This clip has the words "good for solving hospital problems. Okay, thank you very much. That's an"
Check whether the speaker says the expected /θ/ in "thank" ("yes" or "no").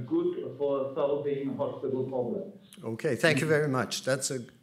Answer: yes